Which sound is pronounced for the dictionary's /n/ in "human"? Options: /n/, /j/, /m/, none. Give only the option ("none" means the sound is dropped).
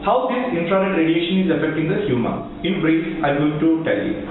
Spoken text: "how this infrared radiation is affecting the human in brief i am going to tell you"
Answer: none